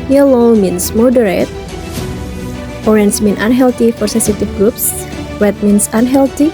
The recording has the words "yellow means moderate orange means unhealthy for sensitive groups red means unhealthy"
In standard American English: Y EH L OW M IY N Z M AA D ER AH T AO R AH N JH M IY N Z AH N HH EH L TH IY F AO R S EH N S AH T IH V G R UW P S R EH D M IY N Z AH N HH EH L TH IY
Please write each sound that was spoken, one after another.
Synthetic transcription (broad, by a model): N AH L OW M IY N S M AA D ER AH T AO R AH N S M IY N AH N HH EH L T IY F AO R S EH N S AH T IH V G R UW P S W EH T M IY N S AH N HH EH L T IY